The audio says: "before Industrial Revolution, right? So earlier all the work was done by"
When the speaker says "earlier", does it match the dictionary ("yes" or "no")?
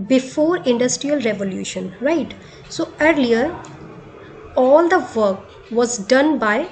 yes